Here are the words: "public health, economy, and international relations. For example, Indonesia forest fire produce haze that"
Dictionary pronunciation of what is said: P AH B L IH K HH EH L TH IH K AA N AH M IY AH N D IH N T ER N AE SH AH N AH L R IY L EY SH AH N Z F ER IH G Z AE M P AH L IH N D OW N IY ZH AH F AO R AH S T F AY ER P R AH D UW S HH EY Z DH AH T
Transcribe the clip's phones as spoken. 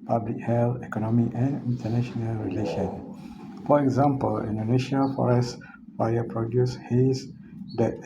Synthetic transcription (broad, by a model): P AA B L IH K HH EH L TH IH K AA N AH M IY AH N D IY N T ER N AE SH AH N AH L R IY L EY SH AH N F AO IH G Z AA M P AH L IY N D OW N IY SH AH F AO R AH S T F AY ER P R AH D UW S HH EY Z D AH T